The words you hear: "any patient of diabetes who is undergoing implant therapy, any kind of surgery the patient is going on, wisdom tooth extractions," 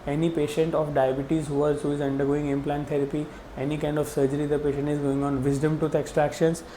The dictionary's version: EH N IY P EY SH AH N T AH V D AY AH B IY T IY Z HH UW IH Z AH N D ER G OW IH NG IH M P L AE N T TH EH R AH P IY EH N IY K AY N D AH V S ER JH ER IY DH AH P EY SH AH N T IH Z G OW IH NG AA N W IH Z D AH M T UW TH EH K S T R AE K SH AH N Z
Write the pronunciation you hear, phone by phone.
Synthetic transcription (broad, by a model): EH N IY P EY SH AH N T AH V D AY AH B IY T IY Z HH UW IH Z AH N D ER G OW IH NG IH M P L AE N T T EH R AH P IY EH N IY K AY N D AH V S ER JH ER IY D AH P EY SH AH N T IH Z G OW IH NG AA N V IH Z D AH M T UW T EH K S T R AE K SH AH N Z